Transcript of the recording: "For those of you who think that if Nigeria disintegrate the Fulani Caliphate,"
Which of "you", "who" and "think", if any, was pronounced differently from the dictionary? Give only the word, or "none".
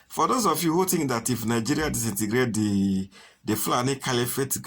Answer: think